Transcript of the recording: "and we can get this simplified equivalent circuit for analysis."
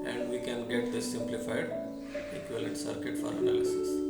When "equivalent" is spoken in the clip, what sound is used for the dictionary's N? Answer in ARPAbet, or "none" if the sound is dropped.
none